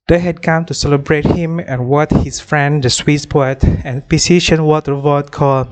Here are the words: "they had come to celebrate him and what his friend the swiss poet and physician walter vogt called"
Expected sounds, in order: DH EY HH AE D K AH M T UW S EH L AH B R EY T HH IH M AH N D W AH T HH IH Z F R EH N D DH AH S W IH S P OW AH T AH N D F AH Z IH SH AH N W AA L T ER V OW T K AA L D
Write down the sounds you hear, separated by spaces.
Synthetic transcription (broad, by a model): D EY HH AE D K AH M T UW S EH L AH B R EY T HH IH M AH N W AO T HH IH S F R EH N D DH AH S W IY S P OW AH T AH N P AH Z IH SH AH N W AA T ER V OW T K AA L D